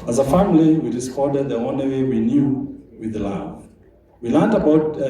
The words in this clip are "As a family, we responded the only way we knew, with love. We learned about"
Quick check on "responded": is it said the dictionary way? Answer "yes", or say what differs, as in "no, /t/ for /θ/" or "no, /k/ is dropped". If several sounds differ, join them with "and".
no, /n/ is dropped